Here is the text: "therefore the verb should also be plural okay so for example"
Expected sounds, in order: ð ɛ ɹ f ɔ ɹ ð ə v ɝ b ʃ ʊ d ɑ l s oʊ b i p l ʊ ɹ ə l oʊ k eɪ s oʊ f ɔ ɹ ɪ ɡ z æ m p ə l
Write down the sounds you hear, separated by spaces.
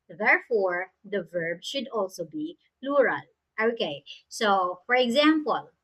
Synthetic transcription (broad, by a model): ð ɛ ɹ f ɔ ɹ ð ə v ɝ b ʃ ʊ d ɑ l s oʊ b i p l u ɹ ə l oʊ k eɪ s oʊ f ɔ ɹ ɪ ɡ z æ m p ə l